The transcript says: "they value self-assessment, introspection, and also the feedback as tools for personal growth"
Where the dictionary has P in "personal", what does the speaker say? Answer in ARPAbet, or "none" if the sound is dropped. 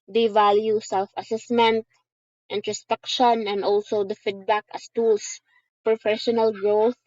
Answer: F